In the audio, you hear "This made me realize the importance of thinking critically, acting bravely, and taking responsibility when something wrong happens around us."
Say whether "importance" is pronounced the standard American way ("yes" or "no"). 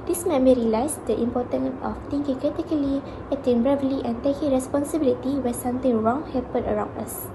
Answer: no